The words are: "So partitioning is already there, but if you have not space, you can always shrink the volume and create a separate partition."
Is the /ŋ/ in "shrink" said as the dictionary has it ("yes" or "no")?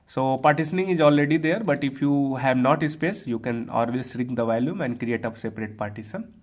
no